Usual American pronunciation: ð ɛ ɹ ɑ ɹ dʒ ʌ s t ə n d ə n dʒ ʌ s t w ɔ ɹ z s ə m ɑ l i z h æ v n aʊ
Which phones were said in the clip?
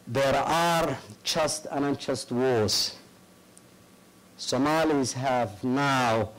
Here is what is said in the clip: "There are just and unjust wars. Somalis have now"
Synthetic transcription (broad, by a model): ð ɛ ɹ ɑ ɹ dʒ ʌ s t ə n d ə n tʃ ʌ s t w ɔ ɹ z s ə m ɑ l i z h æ v n aʊ